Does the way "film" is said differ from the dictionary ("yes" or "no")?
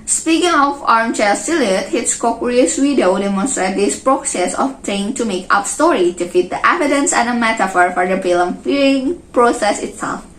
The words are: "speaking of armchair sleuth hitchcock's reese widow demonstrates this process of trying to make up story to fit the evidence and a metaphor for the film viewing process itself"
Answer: yes